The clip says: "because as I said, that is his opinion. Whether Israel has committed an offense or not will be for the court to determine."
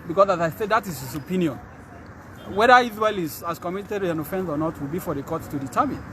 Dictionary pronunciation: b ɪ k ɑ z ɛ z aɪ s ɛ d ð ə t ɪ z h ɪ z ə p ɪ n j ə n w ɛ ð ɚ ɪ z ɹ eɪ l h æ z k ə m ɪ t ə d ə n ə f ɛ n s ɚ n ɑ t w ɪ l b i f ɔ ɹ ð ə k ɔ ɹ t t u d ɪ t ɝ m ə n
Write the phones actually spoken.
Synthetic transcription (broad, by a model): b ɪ k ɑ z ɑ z aɪ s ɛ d ð ə t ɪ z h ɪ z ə p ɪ n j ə n w ɛ ð ɚ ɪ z w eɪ l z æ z k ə m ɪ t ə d ə n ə f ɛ n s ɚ n ɑ t w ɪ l b i f ɔ ɹ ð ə k ɔ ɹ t t u d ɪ t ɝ m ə n